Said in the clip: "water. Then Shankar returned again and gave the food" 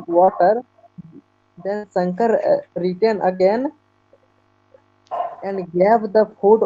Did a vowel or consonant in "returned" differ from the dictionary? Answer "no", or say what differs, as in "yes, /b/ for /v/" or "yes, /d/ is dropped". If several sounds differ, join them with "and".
yes, /d/ is dropped